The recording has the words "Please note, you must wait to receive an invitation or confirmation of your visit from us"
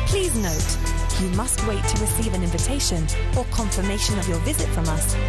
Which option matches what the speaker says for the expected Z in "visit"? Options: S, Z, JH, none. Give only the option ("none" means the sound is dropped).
Z